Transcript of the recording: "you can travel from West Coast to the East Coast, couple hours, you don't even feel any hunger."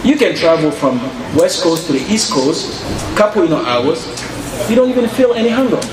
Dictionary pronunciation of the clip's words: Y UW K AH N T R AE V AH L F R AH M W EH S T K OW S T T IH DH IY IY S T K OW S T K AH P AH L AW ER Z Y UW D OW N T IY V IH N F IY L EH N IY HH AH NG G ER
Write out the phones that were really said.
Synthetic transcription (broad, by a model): Y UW K AH N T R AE V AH L F R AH M W EH S T K OW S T T IH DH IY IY S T K OW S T K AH P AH N AW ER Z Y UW D OW N T IY V IH N F IY L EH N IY HH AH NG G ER